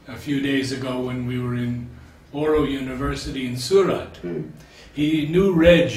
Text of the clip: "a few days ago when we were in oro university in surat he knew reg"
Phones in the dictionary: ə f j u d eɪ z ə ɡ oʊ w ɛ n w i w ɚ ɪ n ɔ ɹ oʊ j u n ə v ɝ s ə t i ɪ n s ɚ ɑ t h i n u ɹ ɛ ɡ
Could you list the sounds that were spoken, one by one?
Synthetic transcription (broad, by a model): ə f j u d eɪ z ə ɡ oʊ w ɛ n w i w ɚ ɪ n ɔ ɹ oʊ j u n ə v ɝ s ə t i ɪ n s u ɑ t h i n u ɹ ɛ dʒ